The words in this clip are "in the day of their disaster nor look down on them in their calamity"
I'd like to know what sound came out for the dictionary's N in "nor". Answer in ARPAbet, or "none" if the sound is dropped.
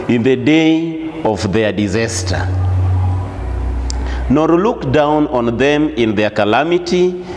N